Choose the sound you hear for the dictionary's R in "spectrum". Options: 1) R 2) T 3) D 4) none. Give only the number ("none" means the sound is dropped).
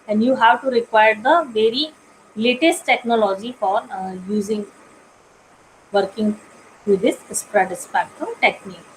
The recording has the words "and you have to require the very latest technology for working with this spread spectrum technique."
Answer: 4